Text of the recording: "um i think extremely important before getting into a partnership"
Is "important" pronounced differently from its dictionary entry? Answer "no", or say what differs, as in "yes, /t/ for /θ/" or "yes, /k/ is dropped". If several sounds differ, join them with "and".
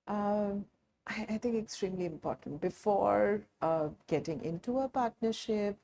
no